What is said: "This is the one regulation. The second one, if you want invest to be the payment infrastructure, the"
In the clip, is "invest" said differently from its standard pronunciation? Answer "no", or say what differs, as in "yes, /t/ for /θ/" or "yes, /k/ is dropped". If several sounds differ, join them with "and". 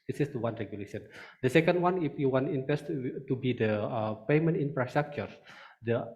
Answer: yes, /p/ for /v/